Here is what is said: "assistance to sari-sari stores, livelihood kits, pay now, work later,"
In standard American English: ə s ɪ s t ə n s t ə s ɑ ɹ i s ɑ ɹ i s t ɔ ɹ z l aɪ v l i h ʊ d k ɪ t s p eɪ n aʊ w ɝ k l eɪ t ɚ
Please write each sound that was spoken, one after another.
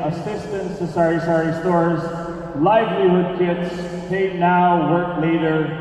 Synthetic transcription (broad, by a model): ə s ɪ s t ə n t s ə s ɑ ɹ i s ɑ ɹ i s t ɔ ɹ z l aɪ v l i h ʊ d k ɪ t s p eɪ n aʊ w ɝ k l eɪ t ɚ